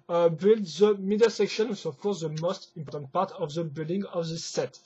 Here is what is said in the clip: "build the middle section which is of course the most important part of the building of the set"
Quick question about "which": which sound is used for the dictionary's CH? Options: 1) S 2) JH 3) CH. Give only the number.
1